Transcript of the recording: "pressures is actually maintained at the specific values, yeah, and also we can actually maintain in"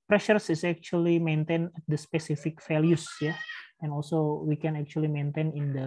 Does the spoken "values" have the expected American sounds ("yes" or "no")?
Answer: no